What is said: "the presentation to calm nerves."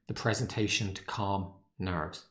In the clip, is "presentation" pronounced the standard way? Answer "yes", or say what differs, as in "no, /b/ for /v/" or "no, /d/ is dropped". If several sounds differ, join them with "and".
yes